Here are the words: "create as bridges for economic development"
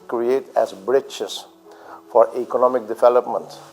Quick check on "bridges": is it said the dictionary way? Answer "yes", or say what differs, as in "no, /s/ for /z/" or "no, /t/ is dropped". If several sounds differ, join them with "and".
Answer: no, /tʃ/ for /dʒ/